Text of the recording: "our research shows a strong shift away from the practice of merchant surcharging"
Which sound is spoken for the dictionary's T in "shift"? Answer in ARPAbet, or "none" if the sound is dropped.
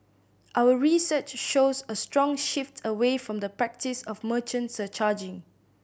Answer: T